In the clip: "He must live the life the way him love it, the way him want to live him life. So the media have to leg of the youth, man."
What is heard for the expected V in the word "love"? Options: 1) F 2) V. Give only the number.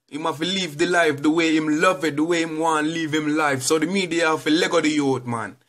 2